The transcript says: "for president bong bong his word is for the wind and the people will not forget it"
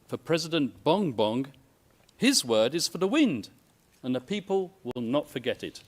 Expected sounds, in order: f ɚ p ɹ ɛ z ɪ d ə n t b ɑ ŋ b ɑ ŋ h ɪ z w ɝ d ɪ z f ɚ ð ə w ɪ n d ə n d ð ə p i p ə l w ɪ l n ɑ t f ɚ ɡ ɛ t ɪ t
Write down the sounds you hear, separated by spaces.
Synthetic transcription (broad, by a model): f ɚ p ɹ ɛ z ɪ d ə n b ɑ ŋ b ɑ ŋ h ɪ z w ɝ d ɪ z f ɚ ð ə w ɪ n d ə n ð ə p i p ə l w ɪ l n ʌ t f ɚ ɡ ɛ t ɪ t